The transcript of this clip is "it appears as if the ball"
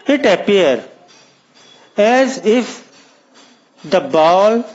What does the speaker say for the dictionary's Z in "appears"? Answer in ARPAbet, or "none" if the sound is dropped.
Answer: none